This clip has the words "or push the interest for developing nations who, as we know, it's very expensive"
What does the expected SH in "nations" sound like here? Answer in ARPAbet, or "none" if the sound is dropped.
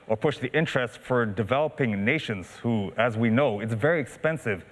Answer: SH